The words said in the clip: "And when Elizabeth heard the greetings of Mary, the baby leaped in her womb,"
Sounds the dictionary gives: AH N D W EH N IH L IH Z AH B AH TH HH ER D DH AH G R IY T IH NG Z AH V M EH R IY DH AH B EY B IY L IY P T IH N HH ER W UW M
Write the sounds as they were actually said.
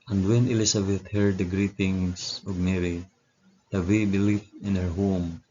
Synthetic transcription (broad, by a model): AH N D W EH N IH L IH S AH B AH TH HH ER D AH G R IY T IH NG S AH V M EH R IY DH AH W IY B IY L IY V IH N HH ER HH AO M